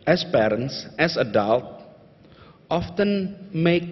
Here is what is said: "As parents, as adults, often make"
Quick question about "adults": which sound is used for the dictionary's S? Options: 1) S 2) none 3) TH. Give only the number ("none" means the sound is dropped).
2